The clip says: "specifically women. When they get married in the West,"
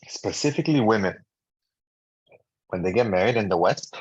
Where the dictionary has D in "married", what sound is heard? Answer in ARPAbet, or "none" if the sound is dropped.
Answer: D